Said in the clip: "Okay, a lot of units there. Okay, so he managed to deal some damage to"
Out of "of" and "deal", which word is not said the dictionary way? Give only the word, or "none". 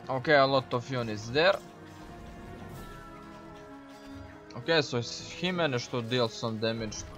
of